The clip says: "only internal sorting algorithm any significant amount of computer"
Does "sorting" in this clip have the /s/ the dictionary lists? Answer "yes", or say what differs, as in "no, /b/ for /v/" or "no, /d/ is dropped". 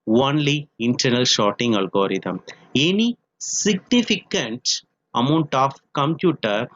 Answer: no, /ʃ/ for /s/